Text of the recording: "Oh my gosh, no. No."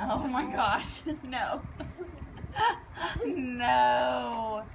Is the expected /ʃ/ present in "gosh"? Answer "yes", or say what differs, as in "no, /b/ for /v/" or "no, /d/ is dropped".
yes